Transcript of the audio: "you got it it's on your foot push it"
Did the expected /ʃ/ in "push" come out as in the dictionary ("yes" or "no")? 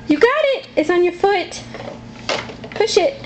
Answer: yes